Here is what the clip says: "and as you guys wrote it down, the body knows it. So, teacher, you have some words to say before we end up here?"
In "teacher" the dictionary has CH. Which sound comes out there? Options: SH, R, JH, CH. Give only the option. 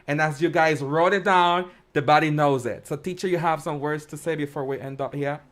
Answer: CH